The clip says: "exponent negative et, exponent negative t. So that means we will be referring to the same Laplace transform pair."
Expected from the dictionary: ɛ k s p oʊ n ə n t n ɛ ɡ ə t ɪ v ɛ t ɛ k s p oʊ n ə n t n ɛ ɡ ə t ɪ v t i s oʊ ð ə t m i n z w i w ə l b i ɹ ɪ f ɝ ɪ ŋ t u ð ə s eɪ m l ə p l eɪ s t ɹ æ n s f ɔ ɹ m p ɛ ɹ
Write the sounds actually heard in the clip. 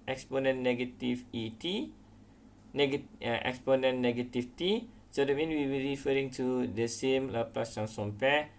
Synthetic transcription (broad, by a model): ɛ k s p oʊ n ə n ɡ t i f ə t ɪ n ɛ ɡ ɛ k s p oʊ n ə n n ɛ ɡ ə t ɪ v t i s oʊ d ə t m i n w i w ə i ɹ ɪ f ɝ ɪ ŋ t u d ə s eɪ m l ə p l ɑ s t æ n s ɔ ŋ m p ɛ